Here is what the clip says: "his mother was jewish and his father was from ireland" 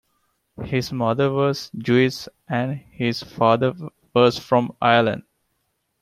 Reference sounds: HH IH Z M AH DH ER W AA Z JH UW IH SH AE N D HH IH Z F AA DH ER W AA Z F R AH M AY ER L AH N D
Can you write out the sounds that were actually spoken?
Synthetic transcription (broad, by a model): HH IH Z M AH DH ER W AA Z JH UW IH S AE N D HH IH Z F AA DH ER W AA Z F R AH M AY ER L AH N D